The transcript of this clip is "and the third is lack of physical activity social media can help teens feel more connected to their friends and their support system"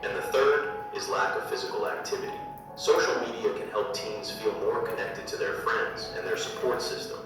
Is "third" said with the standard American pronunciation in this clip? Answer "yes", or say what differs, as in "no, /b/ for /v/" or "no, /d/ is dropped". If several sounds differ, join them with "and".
yes